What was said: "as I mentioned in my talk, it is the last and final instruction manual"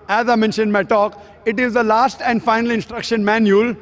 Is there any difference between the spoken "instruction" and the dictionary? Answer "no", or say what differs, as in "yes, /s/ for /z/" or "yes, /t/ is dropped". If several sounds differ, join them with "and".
no